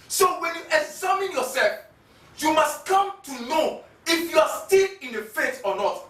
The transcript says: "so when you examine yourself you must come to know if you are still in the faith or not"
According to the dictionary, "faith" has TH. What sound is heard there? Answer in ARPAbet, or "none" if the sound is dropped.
T